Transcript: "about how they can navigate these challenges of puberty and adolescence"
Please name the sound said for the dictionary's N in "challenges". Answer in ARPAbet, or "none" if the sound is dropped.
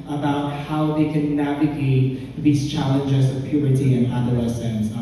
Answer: N